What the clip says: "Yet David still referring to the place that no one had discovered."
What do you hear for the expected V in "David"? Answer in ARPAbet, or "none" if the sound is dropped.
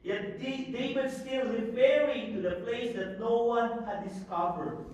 W